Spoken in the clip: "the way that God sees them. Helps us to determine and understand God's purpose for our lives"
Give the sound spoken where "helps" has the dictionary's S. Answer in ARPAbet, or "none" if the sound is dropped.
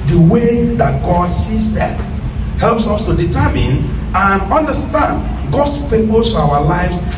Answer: S